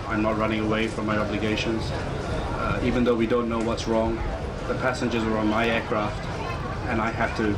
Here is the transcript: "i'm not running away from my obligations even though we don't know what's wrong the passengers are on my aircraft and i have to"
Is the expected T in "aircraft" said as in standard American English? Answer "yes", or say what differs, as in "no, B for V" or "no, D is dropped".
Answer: yes